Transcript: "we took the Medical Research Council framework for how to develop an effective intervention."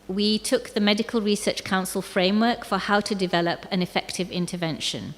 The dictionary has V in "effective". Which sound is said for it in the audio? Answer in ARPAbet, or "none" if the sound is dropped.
V